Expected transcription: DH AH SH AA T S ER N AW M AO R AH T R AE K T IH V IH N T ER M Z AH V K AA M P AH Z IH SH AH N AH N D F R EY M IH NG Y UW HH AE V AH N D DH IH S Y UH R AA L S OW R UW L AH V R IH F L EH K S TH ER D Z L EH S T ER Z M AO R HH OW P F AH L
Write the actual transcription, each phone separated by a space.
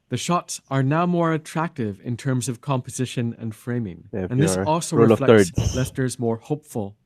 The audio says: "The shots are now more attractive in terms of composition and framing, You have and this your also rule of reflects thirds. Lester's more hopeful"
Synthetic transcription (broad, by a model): DH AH SH AA T S ER N AW M AO R AH T R AE K T IH V IH N T ER M Z AH V K AA M P AH Z IH SH AH N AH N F F R EY M IH NG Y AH N DH IH S AA L S OW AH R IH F L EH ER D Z L EH S T ER Z M AO R HH OW P F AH L